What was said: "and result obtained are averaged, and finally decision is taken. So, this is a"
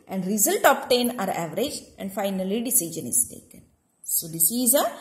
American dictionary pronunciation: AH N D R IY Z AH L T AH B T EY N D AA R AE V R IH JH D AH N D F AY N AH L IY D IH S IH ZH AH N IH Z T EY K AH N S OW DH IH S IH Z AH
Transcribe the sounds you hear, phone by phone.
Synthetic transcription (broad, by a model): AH N D R IY Z AH L T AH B T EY N AA R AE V R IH JH AH N D F AY N AH L IY D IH S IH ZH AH N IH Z T EY K AH N S OW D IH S IH Z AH